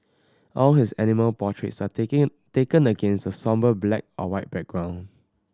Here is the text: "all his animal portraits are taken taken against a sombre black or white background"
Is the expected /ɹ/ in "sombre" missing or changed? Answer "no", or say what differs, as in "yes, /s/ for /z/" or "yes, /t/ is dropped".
yes, /ɹ/ is dropped